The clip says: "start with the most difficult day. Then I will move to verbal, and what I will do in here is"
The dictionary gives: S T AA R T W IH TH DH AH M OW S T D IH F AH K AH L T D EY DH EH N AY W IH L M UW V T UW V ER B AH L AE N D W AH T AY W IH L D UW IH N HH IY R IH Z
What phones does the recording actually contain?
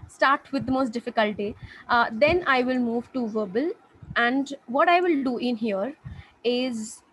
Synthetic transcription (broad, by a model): S T AA R T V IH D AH M OW S T D IH F AH K AH L T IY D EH N AY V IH L M UW V T UW V ER B AH L AE N D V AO T AY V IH L D UW IH N HH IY R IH Z